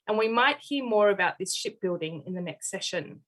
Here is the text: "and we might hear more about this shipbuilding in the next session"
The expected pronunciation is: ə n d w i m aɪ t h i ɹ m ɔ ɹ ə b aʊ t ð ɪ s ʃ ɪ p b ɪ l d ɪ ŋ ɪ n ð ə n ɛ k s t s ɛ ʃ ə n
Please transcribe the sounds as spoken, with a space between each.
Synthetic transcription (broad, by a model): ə n w i m aɪ t h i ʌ m ɔ ɹ ə b aʊ t ð ɪ s ʃ ɪ p b ɪ l d ɪ ŋ ɪ n ð ə n ɛ k s t s ɛ ʃ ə n